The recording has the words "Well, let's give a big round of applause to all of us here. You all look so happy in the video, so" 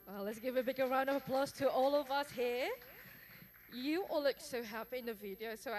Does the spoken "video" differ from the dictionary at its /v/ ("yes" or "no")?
no